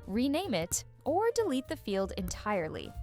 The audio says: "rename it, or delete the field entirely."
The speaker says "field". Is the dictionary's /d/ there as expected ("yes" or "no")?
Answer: yes